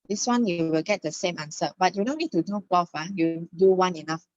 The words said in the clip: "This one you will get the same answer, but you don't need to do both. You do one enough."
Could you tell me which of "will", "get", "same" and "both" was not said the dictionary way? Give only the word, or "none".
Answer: both